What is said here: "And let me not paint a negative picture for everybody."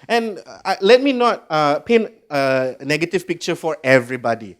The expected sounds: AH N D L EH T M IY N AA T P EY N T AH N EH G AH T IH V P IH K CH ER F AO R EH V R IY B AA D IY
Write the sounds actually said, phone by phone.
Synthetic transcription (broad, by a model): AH N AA L EH T M IY N AA T P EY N AH N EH G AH T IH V P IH K CH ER F AO R EH V R IY B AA D IY